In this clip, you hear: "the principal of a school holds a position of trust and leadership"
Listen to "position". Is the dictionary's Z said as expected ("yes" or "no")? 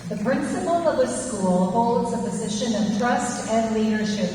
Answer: yes